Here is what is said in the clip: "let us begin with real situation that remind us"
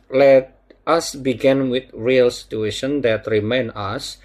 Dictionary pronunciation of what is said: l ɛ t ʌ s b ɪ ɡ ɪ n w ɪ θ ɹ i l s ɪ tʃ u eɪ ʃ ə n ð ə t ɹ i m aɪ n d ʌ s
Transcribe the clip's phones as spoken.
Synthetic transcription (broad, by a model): l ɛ t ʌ s b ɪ ɡ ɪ n w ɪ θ ɹ i l s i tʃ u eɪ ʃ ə n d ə t ɹ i m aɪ n ʌ s